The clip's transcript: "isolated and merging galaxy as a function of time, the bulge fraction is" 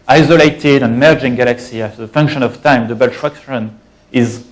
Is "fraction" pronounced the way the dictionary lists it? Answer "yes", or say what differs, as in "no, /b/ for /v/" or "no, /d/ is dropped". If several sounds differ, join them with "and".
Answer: no, /ɹ/ is dropped